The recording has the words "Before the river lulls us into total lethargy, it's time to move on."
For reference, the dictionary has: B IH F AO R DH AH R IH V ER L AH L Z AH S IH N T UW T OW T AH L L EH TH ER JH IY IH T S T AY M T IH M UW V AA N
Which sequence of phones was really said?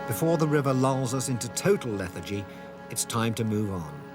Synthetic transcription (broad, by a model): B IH F AO R DH AH R IH V ER L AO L Z AH S IH N T UW T OW T L L EH TH ER JH IY IH T S T AY M T IH M UW V N